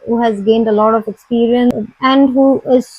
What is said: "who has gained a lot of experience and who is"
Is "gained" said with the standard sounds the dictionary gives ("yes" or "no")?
yes